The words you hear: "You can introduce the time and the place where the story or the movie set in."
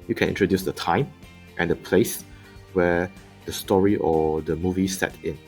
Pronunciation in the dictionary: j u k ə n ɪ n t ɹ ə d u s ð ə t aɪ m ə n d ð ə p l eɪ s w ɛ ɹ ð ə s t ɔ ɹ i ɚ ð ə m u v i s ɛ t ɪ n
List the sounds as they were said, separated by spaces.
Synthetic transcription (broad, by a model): j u k ə n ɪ n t ɹ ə d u s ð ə t aɪ m ə n d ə p l eɪ s w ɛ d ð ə s t ɔ ɹ i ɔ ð ə m u v i s ɛ t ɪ n